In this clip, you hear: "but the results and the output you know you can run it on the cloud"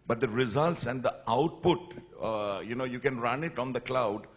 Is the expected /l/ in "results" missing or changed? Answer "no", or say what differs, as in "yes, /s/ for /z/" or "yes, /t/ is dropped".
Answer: no